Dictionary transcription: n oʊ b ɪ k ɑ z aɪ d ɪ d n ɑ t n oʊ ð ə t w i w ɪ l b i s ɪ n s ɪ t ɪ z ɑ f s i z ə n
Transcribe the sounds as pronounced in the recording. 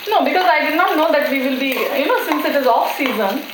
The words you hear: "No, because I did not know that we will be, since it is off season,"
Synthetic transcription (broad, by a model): n oʊ b ɪ k ɑ z aɪ d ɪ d n ɑ t n oʊ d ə t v i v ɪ l b i s ɪ n s ɪ t ɪ z ɑ f s i z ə n